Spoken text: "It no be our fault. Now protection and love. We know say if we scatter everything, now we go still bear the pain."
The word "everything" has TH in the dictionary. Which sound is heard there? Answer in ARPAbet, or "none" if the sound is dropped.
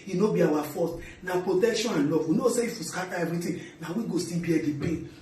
T